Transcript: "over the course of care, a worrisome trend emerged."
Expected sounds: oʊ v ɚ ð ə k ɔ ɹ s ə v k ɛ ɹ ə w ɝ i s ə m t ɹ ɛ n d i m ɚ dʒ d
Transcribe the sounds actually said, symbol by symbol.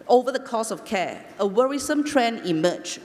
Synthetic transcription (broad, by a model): oʊ v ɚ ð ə k ɔ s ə f k ɛ ə w ɝ i s ə m t ɹ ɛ n i m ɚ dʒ